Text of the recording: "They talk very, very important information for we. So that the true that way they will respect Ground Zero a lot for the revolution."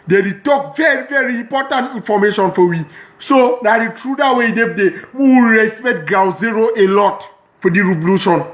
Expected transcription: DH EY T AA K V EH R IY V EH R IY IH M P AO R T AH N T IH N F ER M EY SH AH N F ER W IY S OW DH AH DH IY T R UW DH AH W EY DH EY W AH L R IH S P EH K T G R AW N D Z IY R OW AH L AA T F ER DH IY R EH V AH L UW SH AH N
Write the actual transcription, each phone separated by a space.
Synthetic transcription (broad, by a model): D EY T AA K V EH R IY V EH R IY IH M P AO T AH N T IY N F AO M EY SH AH N F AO W IY S OW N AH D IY T R UW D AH W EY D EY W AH W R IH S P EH T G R AW Z IY R OW AH L AA T F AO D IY R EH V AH L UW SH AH N